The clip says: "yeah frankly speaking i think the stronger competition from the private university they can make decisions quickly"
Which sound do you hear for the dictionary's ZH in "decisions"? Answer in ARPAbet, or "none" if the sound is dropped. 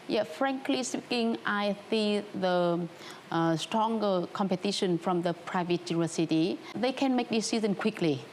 Z